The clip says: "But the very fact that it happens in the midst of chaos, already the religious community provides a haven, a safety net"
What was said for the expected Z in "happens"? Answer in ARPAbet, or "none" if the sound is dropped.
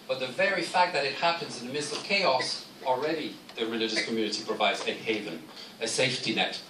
Z